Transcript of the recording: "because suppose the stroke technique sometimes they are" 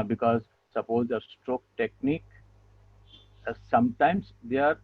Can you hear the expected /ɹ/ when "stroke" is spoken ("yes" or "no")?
yes